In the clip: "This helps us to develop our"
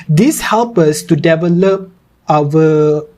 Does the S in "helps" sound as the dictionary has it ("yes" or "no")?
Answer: no